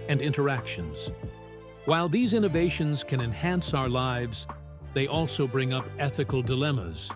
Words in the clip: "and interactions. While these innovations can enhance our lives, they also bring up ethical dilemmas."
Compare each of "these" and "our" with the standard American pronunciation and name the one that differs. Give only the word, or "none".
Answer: none